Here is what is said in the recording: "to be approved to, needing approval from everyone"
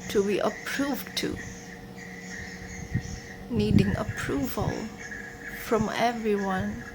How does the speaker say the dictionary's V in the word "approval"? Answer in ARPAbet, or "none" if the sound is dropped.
V